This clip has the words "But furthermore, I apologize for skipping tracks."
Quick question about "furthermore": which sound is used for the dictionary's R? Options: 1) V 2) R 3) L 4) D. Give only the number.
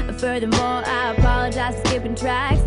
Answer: 2